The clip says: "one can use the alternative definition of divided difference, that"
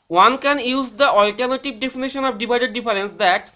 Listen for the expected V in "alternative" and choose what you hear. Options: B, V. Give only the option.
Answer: B